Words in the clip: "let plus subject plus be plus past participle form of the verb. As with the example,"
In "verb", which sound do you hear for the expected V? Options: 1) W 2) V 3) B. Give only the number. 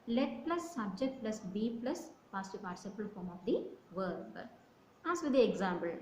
2